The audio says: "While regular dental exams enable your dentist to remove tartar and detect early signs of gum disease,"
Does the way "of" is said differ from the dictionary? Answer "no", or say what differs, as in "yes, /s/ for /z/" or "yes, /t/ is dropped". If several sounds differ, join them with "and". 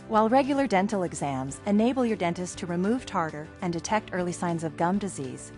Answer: no